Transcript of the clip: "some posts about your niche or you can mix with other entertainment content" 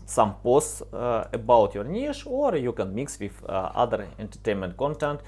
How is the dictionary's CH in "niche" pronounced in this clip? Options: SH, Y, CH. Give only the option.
SH